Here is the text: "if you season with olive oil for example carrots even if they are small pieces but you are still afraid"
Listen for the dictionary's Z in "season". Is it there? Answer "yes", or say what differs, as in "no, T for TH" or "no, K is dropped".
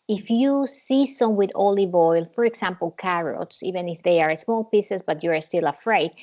no, S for Z